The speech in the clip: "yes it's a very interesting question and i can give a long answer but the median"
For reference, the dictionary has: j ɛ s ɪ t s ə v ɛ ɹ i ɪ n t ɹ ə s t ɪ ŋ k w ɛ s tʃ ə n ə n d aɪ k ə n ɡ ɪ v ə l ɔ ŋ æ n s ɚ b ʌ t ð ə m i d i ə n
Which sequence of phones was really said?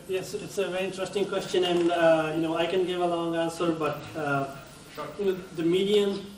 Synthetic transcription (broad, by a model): j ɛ s ɪ t s ə v ɛ ɹ i ɪ n t ɹ ə s t ɪ ŋ k w ɛ s tʃ ə n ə n d aɪ k ə n ɡ ɪ v ə l ɔ ŋ æ n s ɚ b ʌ t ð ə m i d i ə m